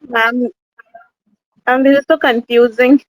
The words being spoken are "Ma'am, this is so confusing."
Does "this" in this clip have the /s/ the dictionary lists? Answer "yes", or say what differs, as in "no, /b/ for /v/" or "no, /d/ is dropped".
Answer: no, /s/ is dropped